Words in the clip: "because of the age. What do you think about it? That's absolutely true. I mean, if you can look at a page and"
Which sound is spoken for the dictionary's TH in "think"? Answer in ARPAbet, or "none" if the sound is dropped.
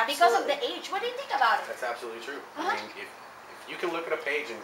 TH